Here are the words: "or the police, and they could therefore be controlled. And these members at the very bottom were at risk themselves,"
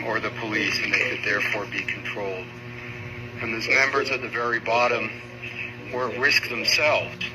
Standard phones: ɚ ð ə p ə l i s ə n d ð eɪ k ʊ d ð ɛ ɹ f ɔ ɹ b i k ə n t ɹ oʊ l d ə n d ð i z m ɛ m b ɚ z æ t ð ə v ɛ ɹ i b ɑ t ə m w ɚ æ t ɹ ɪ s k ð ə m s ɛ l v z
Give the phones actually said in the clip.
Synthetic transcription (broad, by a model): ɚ ð ə p ə l i s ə n ð eɪ k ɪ d ð ɛ ɹ f ɔ ɹ b i k n t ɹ oʊ l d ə n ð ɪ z m ɛ m b ɚ z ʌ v ð ə v ɛ ɹ i b ɑ t ə m w ɚ ɹ ɪ s k ð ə m s ɛ l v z